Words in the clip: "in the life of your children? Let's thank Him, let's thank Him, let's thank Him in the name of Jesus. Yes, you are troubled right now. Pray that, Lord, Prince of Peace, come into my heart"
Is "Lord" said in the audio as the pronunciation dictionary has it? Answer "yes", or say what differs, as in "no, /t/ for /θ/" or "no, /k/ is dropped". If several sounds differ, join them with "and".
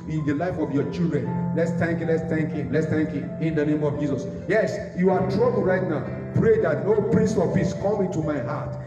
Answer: no, /n/ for /l/